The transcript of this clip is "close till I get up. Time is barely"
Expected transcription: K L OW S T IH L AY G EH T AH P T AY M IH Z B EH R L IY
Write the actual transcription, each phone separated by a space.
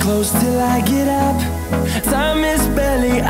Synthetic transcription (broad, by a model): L OW S T IH L AY G EH T AH P S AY M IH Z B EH L IY